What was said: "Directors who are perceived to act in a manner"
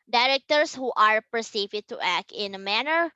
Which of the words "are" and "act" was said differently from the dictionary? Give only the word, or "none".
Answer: none